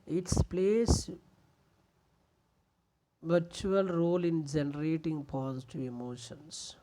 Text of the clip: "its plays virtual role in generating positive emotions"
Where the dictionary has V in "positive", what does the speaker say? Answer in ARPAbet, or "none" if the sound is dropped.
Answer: none